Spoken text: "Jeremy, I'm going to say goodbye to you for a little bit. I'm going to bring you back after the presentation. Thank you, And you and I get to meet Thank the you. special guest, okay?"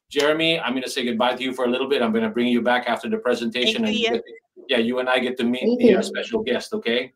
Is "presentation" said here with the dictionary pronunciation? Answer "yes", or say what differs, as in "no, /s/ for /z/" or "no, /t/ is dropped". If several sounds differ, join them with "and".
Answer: yes